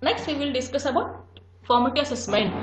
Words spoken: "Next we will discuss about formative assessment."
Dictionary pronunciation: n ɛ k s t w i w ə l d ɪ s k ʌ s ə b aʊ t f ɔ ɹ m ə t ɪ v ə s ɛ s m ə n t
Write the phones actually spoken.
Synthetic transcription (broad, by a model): n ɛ k s t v i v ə l d ɪ s k ʌ s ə b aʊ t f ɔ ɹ m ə t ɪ ə s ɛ s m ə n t